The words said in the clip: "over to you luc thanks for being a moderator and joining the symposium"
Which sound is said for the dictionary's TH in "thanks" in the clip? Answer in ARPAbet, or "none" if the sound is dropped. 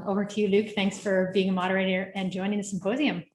TH